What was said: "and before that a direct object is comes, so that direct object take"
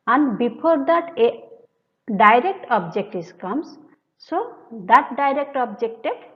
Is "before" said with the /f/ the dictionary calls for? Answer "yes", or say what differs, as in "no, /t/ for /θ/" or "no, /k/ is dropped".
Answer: no, /p/ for /f/